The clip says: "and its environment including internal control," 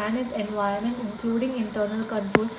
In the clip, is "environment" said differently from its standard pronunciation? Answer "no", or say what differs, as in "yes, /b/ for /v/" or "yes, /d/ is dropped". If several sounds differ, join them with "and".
yes, /ɹ/ is dropped